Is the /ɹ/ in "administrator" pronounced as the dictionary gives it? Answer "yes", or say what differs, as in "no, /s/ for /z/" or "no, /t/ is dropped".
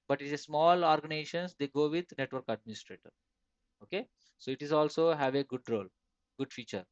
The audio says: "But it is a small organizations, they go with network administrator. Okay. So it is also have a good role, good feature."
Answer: yes